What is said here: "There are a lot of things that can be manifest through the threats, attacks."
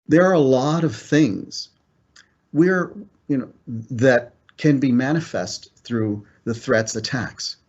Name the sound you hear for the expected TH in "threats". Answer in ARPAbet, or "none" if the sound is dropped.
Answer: TH